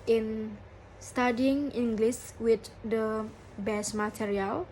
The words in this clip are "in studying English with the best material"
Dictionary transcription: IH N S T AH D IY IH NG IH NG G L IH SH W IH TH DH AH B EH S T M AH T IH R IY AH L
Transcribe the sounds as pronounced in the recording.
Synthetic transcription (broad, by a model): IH N S T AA D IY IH NG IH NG G L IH S W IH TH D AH B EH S M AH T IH R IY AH L